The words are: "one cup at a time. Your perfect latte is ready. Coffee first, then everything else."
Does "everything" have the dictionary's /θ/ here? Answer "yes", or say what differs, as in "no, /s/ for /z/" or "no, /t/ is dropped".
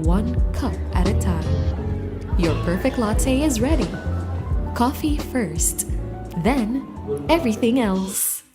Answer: yes